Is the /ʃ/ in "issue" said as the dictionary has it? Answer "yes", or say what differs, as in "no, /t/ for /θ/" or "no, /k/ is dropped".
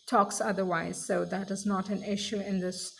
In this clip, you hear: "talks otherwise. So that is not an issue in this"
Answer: yes